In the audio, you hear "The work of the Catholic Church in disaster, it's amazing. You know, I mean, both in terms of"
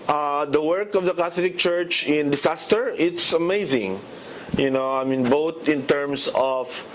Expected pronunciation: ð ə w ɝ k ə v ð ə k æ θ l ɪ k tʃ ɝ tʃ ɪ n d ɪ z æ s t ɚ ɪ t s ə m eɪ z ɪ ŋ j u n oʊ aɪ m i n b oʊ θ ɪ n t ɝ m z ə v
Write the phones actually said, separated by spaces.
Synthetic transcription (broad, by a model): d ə w ɝ k ə v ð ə k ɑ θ l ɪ k tʃ ɝ tʃ ɪ n d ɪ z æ s t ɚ ɪ t s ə m eɪ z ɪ ŋ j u n oʊ aɪ m i n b oʊ t ɪ n t ɝ m s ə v